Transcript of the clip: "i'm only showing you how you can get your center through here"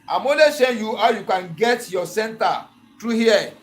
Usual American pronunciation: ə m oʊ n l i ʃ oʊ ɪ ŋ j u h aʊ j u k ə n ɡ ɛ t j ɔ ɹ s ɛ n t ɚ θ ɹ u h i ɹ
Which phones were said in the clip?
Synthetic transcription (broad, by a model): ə m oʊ l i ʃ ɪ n j u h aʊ j u k ə n ɡ ɛ t j ɔ s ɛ n t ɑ t ɹ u h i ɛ